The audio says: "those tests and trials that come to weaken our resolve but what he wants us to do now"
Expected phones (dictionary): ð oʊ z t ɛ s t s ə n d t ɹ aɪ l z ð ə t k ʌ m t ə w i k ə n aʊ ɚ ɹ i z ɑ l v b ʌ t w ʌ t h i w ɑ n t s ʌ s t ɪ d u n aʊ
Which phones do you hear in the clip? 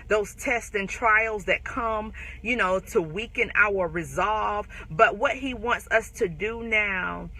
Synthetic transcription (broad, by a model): ð oʊ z t ɛ s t ə n t ɹ aɪ l z ð ə t k ʌ m t ə w i k ə n aʊ ɚ ɹ i z ɑ l v b ʌ t w ʌ t h i w ɑ n t s ʌ s t ɪ d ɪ n aʊ